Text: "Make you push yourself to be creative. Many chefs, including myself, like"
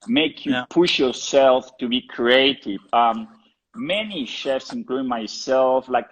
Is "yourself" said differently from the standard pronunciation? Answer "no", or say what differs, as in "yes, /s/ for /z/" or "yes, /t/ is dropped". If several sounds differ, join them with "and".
no